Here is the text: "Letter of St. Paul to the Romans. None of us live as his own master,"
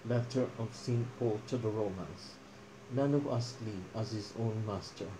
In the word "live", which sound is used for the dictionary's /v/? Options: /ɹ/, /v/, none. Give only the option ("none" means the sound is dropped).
none